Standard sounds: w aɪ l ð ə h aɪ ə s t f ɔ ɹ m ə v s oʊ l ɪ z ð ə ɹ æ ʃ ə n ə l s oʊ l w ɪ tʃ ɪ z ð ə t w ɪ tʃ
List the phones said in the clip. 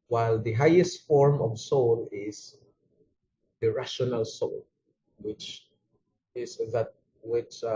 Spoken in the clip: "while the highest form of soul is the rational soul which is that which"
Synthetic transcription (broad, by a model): w aɪ l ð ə h aɪ ə s t f ɔ ɹ m ə v s oʊ l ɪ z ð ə ɹ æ ʃ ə n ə l s oʊ l w ɪ tʃ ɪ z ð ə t w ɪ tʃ